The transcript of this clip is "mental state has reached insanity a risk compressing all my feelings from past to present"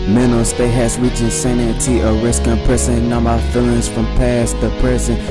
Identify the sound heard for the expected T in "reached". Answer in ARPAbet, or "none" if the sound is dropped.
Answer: none